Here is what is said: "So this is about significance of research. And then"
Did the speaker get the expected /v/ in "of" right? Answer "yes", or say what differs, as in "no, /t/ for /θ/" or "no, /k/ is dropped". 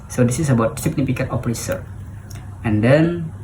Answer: no, /p/ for /v/